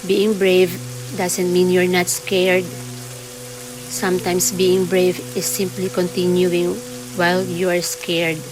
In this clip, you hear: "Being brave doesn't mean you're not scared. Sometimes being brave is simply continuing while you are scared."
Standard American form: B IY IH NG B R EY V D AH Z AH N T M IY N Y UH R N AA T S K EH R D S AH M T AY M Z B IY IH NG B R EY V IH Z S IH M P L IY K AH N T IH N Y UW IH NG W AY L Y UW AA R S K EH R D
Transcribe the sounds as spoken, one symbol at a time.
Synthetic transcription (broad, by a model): B IY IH NG B R EY V D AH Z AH N T M IY N Y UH R N AA T S K EH R D S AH M T AY M S B IY IH NG B R EY V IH S IH M P L IY K AH N T IH N Y UW IH NG W AY L Y UW AA R S K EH R D